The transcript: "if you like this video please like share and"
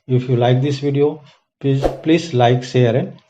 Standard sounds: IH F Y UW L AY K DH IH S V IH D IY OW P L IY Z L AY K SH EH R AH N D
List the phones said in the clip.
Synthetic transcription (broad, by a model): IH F Y UW L AY K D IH S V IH D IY OW P L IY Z L AY K S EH R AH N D